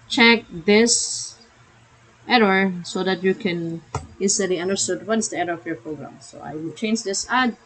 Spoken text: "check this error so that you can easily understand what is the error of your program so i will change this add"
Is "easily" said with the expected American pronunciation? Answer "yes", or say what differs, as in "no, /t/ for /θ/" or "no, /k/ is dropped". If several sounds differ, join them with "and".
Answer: no, /s/ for /z/